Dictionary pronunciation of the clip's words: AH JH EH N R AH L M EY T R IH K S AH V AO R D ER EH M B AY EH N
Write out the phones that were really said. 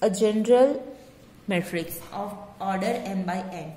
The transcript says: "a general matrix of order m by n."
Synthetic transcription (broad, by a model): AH JH EH N R AH L M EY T R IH K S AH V AO R D ER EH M B AY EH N